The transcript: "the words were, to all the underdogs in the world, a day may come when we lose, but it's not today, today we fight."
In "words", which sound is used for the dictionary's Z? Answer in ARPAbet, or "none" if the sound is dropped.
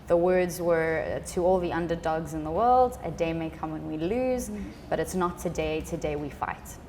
Z